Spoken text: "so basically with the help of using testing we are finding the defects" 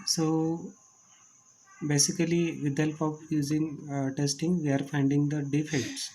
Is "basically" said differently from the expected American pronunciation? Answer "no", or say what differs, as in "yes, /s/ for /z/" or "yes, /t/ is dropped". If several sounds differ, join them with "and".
yes, /l/ is dropped